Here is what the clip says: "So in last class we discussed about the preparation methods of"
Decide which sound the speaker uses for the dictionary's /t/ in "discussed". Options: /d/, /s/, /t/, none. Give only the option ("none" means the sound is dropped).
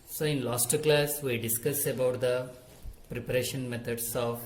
none